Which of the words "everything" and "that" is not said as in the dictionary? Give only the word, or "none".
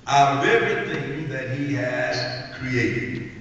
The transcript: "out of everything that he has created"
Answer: everything